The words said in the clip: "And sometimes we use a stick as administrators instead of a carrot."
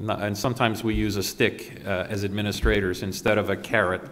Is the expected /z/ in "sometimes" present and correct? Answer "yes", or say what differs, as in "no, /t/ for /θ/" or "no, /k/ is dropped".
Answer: yes